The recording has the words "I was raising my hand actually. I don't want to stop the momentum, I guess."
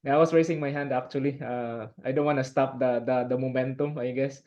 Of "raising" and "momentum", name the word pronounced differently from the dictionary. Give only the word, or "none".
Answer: raising